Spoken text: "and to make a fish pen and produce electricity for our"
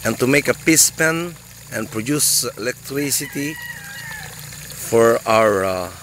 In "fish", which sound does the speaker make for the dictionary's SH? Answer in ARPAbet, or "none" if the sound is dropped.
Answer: S